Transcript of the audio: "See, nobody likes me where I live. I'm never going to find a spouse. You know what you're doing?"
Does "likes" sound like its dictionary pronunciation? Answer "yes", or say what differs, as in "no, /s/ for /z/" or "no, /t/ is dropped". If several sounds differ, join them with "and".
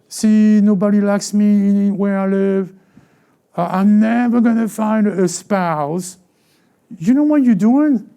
yes